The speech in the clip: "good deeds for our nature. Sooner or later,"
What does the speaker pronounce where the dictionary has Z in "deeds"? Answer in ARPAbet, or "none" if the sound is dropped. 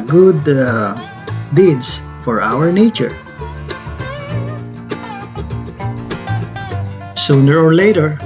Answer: S